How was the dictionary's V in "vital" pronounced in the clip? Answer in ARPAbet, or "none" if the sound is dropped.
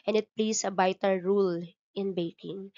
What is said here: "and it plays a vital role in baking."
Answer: B